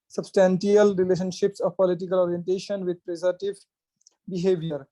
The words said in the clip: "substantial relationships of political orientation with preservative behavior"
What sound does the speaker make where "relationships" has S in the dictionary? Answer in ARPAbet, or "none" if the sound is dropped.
S